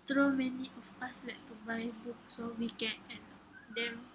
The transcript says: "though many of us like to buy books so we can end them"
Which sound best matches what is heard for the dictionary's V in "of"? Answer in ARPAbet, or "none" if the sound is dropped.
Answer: F